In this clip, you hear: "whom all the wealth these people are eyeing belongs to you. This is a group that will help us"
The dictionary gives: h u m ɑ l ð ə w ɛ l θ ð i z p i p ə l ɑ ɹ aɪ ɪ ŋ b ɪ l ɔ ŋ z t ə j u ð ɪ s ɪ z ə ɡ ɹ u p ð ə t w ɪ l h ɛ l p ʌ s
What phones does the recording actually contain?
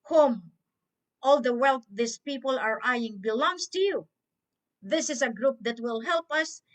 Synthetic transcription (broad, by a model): h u m ɑ l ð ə w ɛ l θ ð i s p i p ə l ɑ ɹ aɪ ɪ ŋ b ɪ l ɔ ŋ s t ə j u ð ɪ s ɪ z ə ɡ ɹ u p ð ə t w ɪ l h ɛ l p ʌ s